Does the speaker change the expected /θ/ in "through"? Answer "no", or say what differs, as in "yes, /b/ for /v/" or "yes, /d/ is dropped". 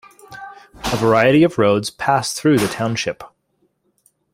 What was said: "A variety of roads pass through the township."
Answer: no